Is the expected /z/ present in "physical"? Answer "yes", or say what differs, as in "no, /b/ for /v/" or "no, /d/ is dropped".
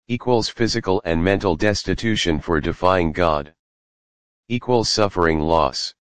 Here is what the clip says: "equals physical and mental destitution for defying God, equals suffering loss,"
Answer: yes